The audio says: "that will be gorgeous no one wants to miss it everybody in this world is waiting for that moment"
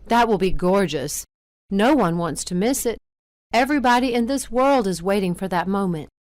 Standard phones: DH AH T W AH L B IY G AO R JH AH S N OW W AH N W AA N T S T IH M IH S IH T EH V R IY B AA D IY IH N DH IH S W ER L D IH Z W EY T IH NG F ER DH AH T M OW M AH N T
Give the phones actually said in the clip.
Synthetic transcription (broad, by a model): DH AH T W AH L B IY G AO R JH AH S N OW W AH N W AA N T S T IH M IH S IH T EH V R IY B AA D IY IH N DH IH S W ER L D IH Z W EY T IH NG F ER DH AH T M OW M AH N T